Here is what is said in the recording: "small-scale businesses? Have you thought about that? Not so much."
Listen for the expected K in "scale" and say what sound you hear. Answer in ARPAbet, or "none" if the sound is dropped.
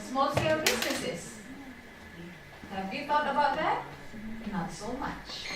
none